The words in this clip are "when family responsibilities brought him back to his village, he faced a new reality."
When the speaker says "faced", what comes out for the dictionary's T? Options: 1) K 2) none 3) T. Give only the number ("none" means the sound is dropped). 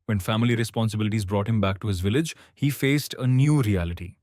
3